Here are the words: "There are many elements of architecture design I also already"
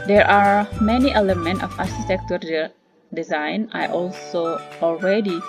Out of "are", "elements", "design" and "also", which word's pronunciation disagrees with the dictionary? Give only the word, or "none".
elements